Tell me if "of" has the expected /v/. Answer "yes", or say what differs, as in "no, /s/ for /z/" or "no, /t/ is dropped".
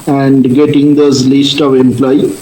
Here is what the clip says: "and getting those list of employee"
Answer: yes